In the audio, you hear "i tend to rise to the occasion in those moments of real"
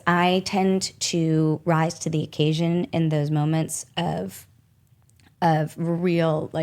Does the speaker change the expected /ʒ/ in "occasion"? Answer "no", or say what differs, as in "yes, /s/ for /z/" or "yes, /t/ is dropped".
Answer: no